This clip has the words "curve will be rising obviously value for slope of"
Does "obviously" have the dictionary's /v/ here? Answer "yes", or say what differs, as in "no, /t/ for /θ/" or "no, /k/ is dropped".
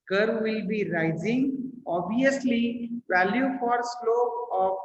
no, /v/ is dropped